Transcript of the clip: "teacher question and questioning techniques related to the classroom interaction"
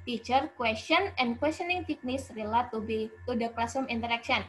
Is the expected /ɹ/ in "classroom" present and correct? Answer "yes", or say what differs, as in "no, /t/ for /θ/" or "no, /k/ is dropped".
no, /ɹ/ is dropped